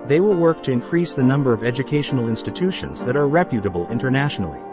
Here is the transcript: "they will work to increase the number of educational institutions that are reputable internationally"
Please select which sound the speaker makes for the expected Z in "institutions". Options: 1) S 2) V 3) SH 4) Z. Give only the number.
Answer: 4